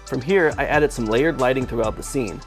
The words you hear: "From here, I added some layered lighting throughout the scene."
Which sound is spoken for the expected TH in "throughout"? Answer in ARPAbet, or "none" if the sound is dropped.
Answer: TH